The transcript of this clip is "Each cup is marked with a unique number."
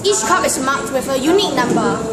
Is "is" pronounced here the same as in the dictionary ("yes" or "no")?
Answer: no